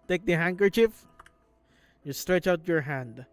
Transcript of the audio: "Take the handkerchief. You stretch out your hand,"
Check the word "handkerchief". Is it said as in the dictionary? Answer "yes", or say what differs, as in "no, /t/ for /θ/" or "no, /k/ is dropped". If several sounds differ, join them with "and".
yes